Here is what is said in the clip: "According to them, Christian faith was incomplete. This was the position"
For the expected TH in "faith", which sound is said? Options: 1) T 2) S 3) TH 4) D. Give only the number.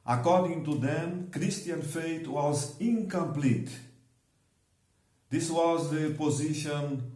1